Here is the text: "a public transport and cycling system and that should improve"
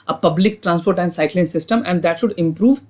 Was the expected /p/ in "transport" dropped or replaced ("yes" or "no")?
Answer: no